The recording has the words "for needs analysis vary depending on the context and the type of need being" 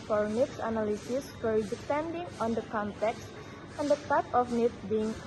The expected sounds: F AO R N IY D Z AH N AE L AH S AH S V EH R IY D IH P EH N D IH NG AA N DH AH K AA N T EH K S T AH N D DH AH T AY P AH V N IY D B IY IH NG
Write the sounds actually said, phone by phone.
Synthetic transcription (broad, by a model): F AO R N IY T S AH N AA L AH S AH S F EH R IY D IH P EH N D IH NG AA N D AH K AA N T EH K S T AH N D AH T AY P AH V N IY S B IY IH NG